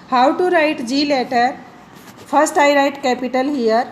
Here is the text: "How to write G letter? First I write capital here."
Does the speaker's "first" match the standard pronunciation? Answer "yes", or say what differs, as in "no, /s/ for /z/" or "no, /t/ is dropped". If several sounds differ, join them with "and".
no, /p/ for /f/